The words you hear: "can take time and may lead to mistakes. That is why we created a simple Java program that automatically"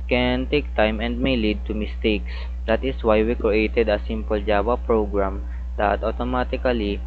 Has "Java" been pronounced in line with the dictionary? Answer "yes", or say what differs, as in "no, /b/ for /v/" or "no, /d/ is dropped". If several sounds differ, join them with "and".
no, /w/ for /v/